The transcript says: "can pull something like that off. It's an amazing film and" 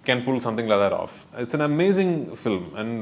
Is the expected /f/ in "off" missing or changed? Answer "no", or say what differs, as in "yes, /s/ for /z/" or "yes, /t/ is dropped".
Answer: no